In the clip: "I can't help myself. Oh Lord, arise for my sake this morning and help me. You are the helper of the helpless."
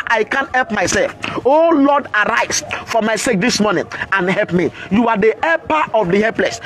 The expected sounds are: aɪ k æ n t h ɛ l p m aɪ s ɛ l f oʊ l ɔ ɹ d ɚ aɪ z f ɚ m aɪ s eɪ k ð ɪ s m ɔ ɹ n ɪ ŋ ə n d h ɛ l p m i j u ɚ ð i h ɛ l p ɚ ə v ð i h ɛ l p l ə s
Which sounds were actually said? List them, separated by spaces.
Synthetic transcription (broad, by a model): aɪ k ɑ n t h ɛ l p m aɪ s ɛ l f oʊ l ɔ d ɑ aɪ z f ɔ m aɪ s eɪ k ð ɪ s m ɔ n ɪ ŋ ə n h ɛ l p m i j u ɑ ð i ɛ p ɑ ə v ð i h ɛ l p l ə s